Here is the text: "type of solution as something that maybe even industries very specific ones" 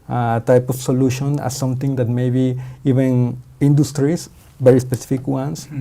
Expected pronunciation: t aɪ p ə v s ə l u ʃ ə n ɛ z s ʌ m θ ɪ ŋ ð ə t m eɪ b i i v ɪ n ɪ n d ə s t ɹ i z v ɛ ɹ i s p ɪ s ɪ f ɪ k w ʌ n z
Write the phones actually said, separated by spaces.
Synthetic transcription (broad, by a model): t aɪ p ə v s ə l u ʃ ə n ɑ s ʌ m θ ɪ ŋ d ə t m eɪ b i i v ɪ n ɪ n d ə s t ɹ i s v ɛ ɹ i s p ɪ s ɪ f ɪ k w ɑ n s